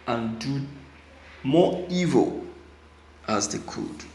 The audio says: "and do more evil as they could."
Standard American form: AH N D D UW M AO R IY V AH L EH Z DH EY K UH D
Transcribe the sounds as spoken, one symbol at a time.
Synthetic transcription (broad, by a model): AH N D D UW M AO IY V AH L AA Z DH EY K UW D